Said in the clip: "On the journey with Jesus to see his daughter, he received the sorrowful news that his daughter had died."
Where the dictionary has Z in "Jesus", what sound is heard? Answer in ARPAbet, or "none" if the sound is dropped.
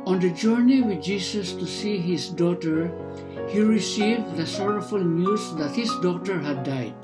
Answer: S